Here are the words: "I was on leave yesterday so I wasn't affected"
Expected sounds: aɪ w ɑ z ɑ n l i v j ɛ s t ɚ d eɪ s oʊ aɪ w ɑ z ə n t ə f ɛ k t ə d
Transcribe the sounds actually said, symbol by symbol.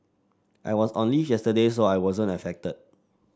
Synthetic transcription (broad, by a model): aɪ w ɑ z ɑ n l i f j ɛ s t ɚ d eɪ s oʊ aɪ w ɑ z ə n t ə f ɛ k t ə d